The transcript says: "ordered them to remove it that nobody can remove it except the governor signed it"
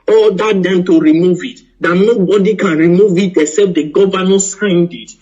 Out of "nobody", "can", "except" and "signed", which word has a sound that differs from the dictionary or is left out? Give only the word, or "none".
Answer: except